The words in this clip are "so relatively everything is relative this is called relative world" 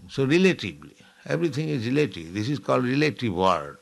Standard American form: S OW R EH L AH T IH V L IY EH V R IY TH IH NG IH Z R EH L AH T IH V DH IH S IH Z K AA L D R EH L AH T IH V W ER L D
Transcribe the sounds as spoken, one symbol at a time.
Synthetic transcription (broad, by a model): S OW R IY L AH T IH B L IY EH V R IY T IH NG IH Z R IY L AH T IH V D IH S IH Z K AA L D R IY L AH T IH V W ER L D